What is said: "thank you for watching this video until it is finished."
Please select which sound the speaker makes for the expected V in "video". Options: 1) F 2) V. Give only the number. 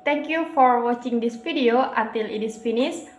1